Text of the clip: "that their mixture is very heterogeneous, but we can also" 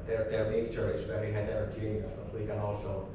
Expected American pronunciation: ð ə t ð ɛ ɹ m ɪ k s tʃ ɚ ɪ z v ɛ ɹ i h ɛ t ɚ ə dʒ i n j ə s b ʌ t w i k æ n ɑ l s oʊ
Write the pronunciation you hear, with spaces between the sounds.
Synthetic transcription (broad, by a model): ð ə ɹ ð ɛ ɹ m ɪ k tʃ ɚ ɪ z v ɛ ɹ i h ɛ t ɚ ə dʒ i n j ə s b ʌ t w i k æ n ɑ l s oʊ